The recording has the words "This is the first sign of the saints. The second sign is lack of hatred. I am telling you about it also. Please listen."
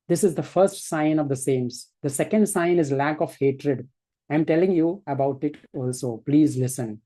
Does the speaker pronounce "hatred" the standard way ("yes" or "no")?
yes